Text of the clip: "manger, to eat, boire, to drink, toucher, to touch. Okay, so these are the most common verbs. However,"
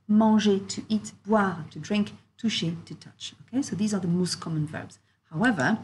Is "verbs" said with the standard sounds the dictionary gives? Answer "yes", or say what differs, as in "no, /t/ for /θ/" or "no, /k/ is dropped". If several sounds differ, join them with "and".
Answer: yes